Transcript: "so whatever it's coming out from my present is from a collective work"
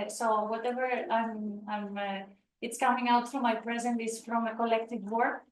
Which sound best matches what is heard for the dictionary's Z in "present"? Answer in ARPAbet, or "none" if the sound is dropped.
Z